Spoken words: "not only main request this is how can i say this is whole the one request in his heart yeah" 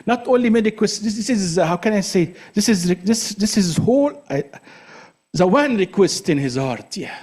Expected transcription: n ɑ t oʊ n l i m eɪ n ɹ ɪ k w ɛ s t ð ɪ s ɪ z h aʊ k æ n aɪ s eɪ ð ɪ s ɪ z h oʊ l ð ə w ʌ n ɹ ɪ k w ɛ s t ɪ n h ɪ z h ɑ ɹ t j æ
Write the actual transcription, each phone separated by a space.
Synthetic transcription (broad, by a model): n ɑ t oʊ n l i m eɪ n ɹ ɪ k w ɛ s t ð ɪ s ɪ z h aʊ k æ n aɪ s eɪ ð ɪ s ɪ z h oʊ l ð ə w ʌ n ɹ ɪ k w ɛ s t ɪ n h ɪ z h ɑ ɹ t j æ